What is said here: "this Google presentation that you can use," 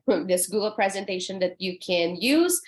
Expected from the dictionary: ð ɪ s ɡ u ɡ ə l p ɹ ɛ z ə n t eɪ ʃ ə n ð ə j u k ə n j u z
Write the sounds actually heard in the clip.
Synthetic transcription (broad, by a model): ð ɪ s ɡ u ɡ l p ɹ ɛ z ə n t eɪ ʃ ə n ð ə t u k ə n j u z